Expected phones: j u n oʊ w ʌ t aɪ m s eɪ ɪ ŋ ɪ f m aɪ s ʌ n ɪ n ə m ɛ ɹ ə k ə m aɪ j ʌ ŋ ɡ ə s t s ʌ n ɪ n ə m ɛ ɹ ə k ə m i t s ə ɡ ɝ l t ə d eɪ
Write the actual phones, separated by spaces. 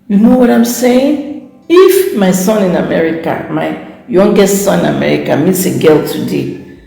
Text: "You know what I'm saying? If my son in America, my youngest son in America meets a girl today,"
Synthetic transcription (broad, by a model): j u n oʊ w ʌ t aɪ m s eɪ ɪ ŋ ɪ f m aɪ s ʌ n ɪ n ə m ɛ ɹ ə k ə m aɪ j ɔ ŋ ɡ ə t s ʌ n ɪ n ə m ɛ ɹ ə k ə m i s ə ɡ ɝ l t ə d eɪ